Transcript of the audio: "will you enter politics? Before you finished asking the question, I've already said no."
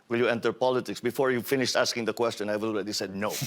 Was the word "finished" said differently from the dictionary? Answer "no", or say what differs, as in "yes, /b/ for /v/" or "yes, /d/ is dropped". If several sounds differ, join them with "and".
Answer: no